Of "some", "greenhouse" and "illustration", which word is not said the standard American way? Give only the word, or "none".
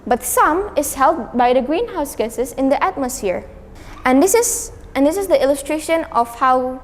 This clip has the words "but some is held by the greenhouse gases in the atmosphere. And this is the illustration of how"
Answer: none